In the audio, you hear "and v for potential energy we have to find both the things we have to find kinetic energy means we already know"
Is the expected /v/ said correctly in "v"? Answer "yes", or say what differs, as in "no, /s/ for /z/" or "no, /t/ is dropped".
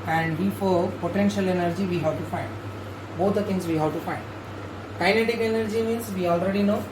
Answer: no, /b/ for /v/